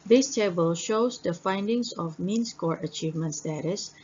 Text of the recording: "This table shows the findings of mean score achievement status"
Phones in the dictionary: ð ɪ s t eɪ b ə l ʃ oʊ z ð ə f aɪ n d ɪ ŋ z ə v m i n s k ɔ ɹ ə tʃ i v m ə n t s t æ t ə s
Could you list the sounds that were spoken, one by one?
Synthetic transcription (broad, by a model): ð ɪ s t eɪ b ə l ʃ oʊ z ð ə f aɪ n d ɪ ŋ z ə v m i n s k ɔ ɹ ə tʃ i v m ə n t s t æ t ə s